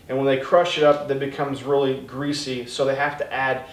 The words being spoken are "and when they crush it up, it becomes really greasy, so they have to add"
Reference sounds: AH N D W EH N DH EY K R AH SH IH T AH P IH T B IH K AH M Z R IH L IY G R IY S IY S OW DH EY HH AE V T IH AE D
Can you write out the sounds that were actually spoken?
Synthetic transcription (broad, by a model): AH N W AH N DH EY K R AH SH IH T AH P IH T B IH K AH M Z R IH L IY G R IY S IY S OW DH EY HH AE F T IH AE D